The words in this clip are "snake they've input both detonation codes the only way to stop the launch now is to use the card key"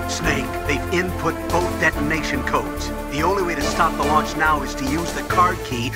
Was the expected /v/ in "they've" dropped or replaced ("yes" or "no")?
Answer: yes